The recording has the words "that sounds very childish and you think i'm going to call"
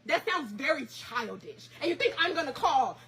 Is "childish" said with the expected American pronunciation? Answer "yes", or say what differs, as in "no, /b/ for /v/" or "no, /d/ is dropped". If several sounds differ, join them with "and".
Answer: yes